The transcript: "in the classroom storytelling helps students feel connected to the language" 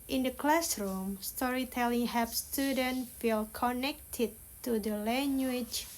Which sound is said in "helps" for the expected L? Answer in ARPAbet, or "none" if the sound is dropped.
none